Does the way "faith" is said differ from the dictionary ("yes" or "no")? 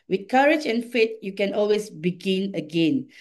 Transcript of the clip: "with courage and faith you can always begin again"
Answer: yes